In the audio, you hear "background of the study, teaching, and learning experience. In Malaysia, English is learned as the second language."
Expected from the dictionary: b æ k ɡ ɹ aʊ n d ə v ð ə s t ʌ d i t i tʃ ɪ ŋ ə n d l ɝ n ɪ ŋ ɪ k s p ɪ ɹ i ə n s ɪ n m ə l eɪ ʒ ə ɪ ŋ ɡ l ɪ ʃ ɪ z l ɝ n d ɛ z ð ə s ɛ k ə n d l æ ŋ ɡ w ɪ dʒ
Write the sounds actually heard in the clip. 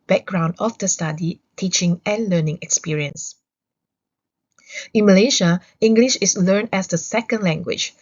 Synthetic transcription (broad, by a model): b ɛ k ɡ ɹ aʊ n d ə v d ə s t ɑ d i t i tʃ ɪ ŋ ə n l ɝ n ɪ ŋ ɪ k s p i ɹ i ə n s ɪ n m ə l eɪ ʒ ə ɪ ŋ ɡ l ɪ ʃ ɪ s l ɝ n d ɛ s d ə s ɛ k ə n d l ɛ ŋ ɡ w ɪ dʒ